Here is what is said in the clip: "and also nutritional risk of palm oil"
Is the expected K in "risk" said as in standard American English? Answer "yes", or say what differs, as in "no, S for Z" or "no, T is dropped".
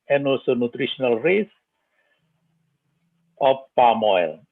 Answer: no, K is dropped